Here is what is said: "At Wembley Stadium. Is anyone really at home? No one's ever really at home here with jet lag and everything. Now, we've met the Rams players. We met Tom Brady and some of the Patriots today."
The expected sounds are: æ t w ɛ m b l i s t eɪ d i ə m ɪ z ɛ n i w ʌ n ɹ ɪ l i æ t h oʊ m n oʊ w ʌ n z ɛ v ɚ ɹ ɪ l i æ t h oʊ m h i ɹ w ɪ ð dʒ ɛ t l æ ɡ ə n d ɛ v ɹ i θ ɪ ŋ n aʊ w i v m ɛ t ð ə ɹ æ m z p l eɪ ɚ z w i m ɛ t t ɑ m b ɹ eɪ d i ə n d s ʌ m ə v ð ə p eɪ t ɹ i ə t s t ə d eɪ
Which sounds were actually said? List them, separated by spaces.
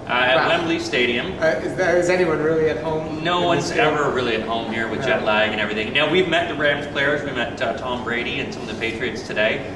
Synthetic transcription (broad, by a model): t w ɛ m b l i s t eɪ d i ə m ɪ z ɛ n i w ʌ n ɹ ɪ l i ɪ t h oʊ m n oʊ w ʌ n z ɛ v ɚ ɹ ɪ l i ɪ t h oʊ m h i ɹ w ɪ ð dʒ ɛ t l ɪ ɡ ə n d ɛ v ɹ i θ ɪ ŋ n aʊ w i v m ɛ t ð ə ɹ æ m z p l eɪ ɚ z w i m ɛ t t ɑ m b ɹ eɪ d i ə n s ʌ m ə v ð ə p eɪ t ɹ i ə t s t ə d eɪ